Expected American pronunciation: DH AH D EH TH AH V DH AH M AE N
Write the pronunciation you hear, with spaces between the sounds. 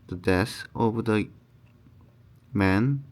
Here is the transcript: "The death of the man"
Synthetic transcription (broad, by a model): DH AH D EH S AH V DH AH M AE N